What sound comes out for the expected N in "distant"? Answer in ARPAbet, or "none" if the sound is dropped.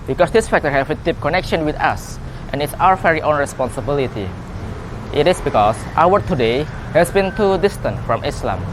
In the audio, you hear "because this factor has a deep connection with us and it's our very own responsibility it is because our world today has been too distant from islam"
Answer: N